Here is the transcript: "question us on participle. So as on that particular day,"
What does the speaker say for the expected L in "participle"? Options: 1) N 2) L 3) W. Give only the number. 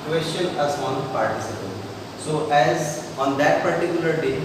1